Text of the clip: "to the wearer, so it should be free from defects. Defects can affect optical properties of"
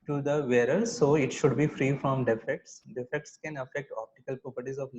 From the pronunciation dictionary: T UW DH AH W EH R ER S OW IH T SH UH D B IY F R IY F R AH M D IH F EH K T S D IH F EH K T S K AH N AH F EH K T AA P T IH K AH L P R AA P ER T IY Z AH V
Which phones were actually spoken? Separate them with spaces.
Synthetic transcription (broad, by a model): T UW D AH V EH R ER S OW IH T SH UH D B IY F R IY F R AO M D IH F EH K T S D IH F EH K T S K AH N AH F EH K T AA P T IH K AH L P R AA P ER T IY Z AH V